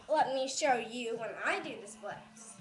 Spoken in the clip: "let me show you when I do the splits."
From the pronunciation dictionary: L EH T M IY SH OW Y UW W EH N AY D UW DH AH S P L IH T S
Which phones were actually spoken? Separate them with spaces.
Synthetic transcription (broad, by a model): L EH T M IY SH OW Y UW W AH N AY D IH DH AH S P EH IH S